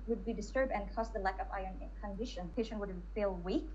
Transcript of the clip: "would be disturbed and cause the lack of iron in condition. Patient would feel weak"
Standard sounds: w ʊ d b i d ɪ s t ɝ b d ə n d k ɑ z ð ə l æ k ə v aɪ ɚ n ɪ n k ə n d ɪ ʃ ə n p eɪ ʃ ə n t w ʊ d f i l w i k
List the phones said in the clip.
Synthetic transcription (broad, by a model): w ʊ d b i d ɪ s t ɝ b d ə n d k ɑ s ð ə l æ k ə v aɪ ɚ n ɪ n k ə n d ɪ ʃ ə n p eɪ ʃ ə n t w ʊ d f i l w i k